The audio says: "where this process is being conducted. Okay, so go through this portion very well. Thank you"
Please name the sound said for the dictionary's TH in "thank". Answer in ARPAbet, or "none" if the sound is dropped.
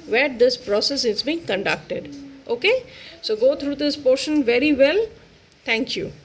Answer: T